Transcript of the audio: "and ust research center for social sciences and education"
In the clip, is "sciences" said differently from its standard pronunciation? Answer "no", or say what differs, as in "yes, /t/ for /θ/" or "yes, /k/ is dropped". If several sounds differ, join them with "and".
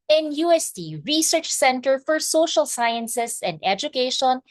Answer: yes, /s/ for /z/